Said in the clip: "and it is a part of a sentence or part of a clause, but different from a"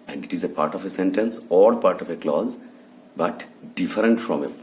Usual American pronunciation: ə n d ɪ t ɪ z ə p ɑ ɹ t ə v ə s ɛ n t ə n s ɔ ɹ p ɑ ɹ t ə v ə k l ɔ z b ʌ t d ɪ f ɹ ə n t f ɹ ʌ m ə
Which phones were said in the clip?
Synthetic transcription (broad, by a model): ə n d ɪ t ɪ z ə p ɑ ɹ t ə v ə s ɛ n t ə n s ɔ l p ɑ ɹ t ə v ə k l ɔ z b ʌ t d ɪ f ɹ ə n t f ɹ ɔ m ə